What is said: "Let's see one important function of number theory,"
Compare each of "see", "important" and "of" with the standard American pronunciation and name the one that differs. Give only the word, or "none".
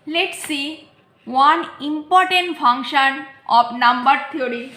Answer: of